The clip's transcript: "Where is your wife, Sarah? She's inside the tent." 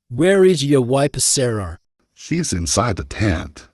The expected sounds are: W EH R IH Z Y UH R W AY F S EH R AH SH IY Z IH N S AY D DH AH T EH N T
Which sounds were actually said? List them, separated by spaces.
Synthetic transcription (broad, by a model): W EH R IH Z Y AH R W AY P S EH R AH SH IY Z IH N S AY D DH AH T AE N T